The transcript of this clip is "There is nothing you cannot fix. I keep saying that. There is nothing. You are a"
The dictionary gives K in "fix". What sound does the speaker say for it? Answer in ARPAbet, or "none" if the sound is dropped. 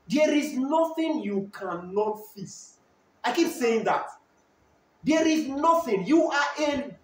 none